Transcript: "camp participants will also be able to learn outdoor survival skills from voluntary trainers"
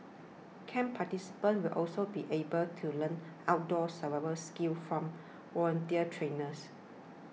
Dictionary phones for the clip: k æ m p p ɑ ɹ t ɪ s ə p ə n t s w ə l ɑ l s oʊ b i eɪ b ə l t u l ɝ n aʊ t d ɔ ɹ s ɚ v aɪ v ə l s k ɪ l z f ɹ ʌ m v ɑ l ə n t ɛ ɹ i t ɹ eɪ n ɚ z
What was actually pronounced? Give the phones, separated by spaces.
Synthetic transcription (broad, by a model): k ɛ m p p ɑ t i s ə p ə n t w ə l ɑ l s oʊ b i eɪ b ə l t u l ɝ n aʊ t d ɔ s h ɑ w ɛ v ə s k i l f ɹ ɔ m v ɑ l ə n t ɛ i t ɹ eɪ n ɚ s